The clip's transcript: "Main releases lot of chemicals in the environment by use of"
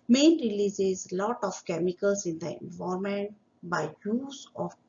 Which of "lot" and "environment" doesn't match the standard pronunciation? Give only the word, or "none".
environment